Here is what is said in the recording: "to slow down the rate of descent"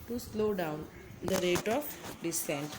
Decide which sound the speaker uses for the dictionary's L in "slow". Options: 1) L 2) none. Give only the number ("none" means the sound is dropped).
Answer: 1